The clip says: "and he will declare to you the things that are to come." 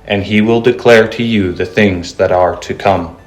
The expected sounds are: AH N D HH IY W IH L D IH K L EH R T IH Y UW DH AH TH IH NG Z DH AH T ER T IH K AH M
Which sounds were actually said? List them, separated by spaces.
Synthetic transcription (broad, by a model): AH N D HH IY W IH L D IH K L EH R T IH Y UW DH AH TH IH NG Z DH AH T ER T IH K AH M